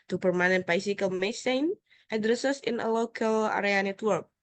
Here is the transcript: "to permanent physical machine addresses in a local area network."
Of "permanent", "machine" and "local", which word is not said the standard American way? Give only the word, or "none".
machine